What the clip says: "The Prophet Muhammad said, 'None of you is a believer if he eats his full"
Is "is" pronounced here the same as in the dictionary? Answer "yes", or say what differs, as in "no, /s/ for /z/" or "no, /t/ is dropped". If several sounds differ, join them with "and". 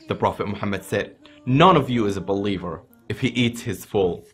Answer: yes